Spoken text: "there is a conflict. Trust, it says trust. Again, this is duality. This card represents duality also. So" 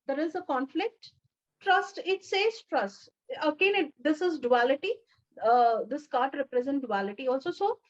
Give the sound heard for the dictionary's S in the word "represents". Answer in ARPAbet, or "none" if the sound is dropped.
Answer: none